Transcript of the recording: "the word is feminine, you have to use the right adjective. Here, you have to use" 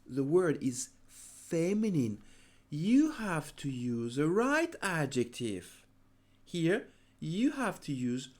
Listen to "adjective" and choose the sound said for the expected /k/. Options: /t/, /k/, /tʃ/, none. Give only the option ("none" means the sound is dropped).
/k/